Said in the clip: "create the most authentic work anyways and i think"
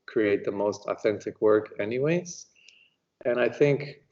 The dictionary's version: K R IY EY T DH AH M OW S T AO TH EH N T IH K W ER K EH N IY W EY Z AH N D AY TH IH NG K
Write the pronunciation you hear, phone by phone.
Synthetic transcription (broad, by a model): K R IY EY T DH AH M OW S T AO TH EH N T IH K W ER K EH N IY W EY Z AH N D AY TH IH NG K